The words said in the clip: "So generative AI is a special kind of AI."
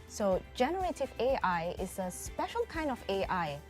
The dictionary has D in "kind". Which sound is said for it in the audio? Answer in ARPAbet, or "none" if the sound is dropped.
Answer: D